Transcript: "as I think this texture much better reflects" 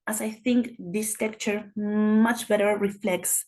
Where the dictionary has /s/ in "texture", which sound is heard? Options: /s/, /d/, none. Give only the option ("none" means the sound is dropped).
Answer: none